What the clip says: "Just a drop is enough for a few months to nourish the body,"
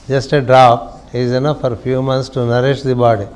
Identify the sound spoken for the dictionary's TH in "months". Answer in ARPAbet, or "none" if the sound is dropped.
T